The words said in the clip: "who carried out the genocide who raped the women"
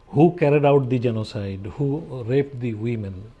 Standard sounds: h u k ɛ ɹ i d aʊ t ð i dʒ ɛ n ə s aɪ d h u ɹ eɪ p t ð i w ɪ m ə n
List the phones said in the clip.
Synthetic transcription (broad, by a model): h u k ɛ ɹ i d aʊ t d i dʒ ɛ n ə s aɪ d h u ɹ eɪ p t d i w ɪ m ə n